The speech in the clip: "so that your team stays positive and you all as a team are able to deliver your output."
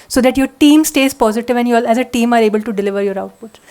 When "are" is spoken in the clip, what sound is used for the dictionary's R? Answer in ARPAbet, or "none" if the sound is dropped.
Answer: R